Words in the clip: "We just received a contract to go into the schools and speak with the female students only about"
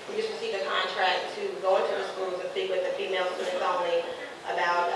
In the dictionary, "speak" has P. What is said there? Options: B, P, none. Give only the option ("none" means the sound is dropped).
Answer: none